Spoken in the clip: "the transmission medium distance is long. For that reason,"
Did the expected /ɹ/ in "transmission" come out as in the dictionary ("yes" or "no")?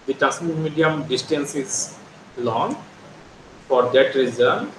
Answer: no